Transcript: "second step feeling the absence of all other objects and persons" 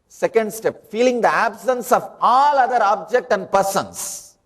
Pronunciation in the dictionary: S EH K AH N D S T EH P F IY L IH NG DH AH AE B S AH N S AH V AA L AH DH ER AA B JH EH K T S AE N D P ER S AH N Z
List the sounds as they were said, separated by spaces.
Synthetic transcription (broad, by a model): S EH K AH N D S T EH P F IY L IH NG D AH AE B S AH N S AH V AA L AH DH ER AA B JH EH K T AE N D P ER S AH N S